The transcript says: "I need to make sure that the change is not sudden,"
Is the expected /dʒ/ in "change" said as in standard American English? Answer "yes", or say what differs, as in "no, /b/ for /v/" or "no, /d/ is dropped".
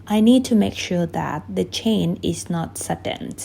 no, /dʒ/ is dropped